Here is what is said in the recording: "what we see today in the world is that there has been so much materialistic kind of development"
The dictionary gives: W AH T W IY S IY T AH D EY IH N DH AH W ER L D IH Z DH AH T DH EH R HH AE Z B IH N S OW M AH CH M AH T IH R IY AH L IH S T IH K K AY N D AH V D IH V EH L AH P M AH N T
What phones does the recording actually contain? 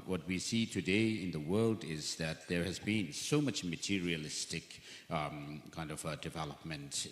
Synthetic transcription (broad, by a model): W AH T W IY S IY T AH D EY IH N DH AH W ER L D IH Z DH AH T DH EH R HH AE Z B IH N S OW M AH CH M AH T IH R IY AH L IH S T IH K K AY N D AH V D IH V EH L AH P M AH N T